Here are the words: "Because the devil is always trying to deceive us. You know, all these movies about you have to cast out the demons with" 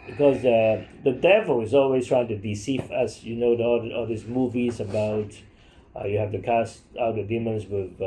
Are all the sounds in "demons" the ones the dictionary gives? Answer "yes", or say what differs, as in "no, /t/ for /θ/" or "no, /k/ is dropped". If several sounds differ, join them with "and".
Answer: no, /s/ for /z/